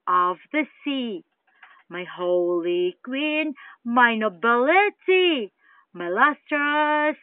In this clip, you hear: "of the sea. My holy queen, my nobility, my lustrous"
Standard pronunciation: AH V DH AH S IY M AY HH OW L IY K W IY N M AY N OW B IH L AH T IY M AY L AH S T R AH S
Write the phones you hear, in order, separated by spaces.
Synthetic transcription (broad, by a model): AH V DH AH S IY M AY HH OW L IY K W IY N M AY N OW B IH L AH T IY M AY L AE S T R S